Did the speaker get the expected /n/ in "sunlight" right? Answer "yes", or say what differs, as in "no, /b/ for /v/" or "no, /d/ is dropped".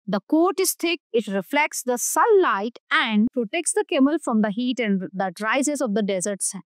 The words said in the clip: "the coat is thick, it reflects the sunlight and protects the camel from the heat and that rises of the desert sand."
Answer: no, /n/ is dropped